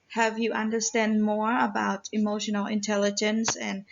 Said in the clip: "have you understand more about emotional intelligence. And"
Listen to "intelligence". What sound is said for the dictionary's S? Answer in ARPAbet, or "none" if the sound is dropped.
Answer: S